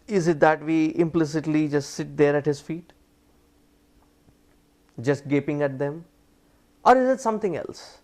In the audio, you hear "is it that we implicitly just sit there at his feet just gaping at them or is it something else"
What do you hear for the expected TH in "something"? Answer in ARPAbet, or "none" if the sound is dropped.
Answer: T